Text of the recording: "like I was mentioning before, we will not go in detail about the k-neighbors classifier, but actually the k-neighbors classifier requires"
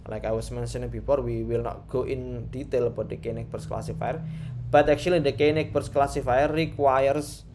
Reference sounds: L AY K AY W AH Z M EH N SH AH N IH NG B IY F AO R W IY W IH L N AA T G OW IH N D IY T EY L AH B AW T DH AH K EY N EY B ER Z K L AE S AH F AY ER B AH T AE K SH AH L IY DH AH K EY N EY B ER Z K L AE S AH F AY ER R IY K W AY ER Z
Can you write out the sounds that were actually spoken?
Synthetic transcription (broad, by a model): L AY K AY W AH S M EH N S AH N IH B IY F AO R W IY W IH L N AA T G OW IH N D IY T EY L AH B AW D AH K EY N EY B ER S K L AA S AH F AY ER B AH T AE K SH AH L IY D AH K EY N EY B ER S K L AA S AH F AY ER R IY K W AY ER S